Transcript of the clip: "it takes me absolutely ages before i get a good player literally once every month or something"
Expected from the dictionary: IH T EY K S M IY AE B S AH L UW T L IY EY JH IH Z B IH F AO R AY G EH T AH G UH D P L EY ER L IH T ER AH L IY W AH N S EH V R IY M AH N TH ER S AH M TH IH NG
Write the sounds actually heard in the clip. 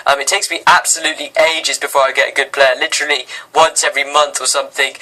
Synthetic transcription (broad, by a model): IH T EY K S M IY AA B S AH L UW T L IY EY JH IH Z B IH F AO R AY G EH T AH G UH D P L EY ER L IH T ER AH L IY W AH N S EH V R IY M AH N TH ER S AH M TH IH NG